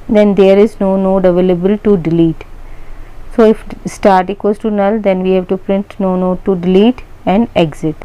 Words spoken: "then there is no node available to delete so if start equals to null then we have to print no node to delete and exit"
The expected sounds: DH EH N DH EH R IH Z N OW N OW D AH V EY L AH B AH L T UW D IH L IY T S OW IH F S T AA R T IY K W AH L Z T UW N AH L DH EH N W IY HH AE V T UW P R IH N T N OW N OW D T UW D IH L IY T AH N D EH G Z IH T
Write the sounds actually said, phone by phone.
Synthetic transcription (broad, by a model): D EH N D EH R IH Z N OW N OW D AH V EY L AH B AH L T UW D IH L IY T S OW IH F S T AA R T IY K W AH Z T UW N AH L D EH N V IY HH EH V T UW P R IH N T N OW N OW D T UW D IH L IY T AH N D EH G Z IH T